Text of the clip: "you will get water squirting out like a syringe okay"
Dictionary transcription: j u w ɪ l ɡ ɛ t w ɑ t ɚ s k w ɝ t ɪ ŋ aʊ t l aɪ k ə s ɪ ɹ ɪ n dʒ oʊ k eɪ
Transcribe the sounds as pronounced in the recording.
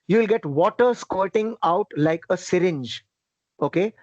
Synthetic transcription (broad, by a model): j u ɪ l ɡ ɛ t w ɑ t ɚ s k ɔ t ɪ ŋ aʊ t l aɪ k ə s ɪ ɹ ɪ n dʒ oʊ k eɪ